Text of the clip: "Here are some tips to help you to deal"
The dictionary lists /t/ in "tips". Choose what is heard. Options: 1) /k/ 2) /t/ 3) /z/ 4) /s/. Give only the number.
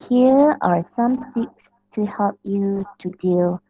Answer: 4